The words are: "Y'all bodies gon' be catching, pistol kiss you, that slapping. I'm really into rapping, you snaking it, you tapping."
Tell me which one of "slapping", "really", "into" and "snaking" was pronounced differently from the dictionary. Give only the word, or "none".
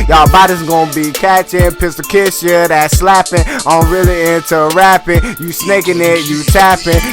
none